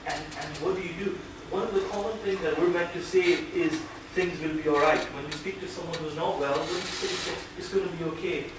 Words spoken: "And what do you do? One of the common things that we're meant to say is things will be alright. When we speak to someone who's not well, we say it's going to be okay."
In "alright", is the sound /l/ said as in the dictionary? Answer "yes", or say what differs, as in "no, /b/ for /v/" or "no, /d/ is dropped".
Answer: yes